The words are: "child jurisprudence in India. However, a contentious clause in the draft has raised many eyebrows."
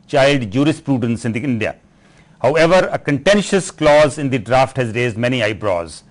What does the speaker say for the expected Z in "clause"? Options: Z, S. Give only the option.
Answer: Z